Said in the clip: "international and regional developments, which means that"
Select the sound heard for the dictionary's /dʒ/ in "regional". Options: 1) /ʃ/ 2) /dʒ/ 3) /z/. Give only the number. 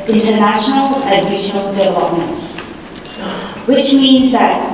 1